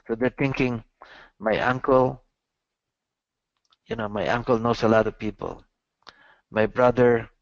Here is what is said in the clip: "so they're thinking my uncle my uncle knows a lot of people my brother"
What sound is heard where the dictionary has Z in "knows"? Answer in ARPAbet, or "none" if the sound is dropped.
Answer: S